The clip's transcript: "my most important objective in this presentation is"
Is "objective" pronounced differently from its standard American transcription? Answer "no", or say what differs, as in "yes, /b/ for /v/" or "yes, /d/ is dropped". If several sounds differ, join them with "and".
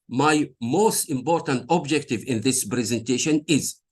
no